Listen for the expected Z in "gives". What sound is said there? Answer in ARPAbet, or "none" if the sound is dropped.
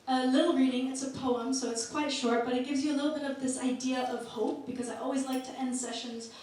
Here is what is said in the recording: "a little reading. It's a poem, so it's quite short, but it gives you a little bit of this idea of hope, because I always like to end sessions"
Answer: Z